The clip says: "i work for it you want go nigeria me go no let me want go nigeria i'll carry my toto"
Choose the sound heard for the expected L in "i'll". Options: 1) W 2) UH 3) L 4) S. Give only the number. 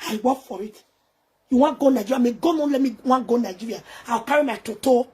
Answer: 1